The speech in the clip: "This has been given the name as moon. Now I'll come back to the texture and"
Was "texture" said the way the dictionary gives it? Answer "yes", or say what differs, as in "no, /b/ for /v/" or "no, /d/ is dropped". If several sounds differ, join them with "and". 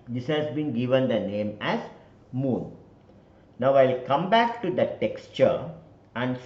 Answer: yes